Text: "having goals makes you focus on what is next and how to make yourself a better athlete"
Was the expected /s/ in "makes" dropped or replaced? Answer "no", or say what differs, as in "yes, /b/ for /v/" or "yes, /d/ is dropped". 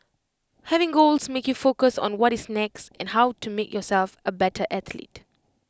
yes, /s/ is dropped